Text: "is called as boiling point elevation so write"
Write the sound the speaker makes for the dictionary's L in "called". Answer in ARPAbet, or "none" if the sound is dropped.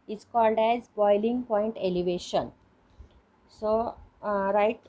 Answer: L